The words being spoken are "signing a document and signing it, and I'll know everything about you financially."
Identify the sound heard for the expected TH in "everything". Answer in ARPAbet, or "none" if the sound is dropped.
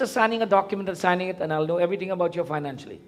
T